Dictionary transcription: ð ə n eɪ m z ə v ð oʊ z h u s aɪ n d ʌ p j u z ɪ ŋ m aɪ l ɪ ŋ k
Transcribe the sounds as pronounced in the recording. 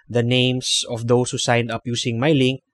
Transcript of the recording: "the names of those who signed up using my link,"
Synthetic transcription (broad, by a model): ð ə n eɪ m s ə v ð oʊ s h u s aɪ n d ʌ p j u s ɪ ŋ m aɪ l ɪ ŋ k